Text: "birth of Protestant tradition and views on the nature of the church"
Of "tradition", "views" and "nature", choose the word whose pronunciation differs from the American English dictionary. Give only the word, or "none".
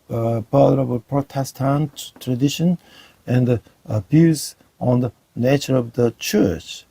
views